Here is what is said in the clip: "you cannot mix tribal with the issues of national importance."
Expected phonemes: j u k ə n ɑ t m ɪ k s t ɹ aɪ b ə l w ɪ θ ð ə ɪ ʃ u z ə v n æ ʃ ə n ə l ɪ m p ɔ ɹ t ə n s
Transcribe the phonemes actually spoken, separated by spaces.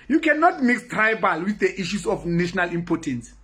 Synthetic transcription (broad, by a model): j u k ə n ɑ t m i k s t ɹ aɪ b ə l w ɪ θ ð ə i ʃ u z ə f n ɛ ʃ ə n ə l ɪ m p ɔ t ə n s